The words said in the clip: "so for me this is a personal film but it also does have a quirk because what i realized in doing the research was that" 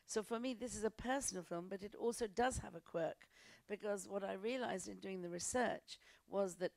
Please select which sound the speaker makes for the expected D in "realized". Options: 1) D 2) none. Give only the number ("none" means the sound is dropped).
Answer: 1